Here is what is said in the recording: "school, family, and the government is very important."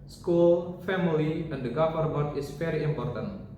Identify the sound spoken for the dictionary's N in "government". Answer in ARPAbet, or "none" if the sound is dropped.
none